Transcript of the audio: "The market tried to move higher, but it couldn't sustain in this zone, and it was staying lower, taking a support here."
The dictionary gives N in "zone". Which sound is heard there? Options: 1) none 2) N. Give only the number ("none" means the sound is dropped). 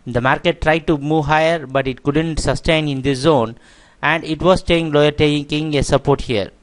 2